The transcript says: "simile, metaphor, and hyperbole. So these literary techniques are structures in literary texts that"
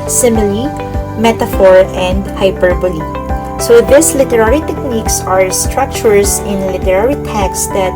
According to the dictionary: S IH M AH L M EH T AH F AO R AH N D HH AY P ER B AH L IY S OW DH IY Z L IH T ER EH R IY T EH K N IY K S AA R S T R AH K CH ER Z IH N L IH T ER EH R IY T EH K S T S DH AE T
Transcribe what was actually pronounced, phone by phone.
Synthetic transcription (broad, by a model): S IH M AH L M EH T AH F AO R AH N D HH AY P ER B AH L IY S OW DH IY S L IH T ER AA R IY T EH K N IY K S AA R S T R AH K CH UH S IH N L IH T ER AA R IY T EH K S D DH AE T